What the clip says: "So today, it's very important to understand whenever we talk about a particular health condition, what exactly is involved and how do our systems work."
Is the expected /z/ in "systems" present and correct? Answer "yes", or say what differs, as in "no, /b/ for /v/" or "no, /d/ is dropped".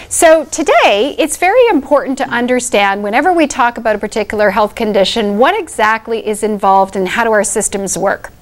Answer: yes